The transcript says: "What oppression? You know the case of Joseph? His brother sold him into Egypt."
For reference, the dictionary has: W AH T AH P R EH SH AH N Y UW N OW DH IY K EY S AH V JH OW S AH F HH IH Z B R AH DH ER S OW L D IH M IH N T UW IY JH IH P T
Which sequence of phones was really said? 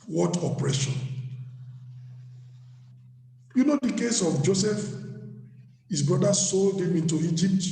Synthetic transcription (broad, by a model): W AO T AH P R EH SH AH N Y UW N OW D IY K EY S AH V JH OW S AH F HH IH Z B R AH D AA S OW L D IH M IH N T UW IY JH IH P T